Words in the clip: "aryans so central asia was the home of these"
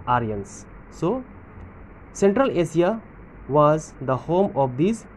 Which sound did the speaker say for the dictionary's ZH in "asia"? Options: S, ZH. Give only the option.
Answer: S